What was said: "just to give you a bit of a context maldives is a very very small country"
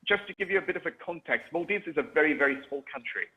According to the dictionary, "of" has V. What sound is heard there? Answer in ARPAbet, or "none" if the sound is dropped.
V